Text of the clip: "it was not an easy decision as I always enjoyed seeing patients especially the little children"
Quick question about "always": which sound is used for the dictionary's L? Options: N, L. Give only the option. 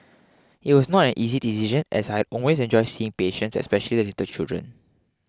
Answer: N